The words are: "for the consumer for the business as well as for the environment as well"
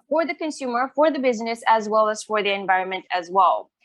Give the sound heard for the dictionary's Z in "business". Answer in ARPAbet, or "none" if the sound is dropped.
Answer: Z